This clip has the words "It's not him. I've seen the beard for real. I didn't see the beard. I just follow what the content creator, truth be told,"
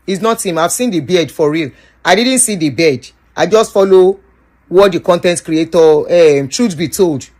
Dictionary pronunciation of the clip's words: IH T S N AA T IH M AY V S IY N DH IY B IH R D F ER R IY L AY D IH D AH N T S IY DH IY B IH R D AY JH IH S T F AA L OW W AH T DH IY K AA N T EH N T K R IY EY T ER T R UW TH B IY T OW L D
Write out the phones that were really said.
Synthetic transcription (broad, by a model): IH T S N AA T IH M AY V S IY N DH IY B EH D F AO R IY L AY D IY D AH N T S IY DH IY B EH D AY JH IH S T F AA L OW W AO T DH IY K AA N T EH N T K R IY EY T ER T R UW S B IY T OW L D